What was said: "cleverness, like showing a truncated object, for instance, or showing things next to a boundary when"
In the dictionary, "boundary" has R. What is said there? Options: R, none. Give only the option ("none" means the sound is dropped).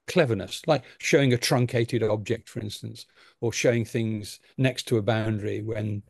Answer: R